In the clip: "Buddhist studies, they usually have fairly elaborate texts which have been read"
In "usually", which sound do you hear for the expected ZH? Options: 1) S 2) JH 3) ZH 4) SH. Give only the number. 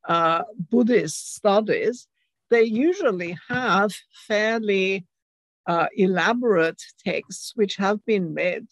3